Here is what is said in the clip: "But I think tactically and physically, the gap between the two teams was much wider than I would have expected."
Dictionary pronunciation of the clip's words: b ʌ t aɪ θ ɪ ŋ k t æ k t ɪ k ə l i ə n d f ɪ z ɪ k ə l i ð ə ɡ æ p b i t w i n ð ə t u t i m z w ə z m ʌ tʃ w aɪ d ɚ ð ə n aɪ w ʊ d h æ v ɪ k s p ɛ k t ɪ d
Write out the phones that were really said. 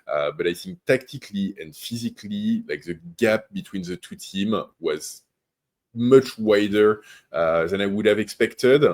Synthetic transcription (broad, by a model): b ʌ t aɪ θ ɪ ŋ k t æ k t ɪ k l i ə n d f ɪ z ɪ k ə l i ð ə ɡ æ p b i t w i n ð ə t u t i m w ə z m ʌ tʃ w aɪ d ɚ ð ə n aɪ w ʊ d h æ v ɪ k s p ɛ k t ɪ d